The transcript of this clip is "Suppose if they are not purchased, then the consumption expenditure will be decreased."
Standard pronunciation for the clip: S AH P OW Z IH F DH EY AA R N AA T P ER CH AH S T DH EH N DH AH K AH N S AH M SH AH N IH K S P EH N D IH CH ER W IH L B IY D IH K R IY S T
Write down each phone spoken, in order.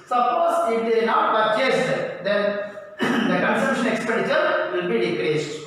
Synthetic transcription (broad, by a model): S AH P OW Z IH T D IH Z N AA T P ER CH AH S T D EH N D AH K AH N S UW SH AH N IH K S P EH N D IH CH ER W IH L B IY D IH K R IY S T